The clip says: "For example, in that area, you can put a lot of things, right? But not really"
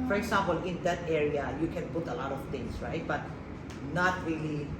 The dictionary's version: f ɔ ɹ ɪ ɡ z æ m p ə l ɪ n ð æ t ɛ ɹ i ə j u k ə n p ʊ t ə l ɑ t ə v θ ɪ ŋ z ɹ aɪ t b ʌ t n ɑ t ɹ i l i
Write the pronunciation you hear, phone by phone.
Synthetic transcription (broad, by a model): f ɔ ɹ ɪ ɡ s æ m p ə l ɪ n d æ t ɛ ɹ i ə j u k ə n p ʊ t ə l ɑ t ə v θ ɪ ŋ s ɹ aɪ t b ʌ t n ɑ t ɹ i l i